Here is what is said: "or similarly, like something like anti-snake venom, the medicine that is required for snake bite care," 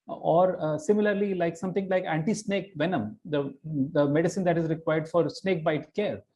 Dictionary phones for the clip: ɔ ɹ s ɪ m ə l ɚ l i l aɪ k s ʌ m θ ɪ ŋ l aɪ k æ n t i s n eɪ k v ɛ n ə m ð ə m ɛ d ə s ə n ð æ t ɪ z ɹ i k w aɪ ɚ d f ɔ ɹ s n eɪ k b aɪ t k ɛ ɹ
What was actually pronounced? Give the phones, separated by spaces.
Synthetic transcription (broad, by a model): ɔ ɹ s ɪ m ə l ɚ l i l aɪ k s ʌ m t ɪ ŋ l aɪ k æ n t i s n eɪ k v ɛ n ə m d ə m ɛ d ə s ə n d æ t ɪ z ɹ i k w aɪ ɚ d f ɔ ɹ s n eɪ k b aɪ t k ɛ ɹ